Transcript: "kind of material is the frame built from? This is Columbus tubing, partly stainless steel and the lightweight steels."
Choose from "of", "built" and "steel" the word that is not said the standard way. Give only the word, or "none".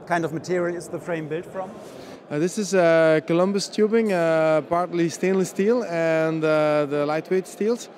none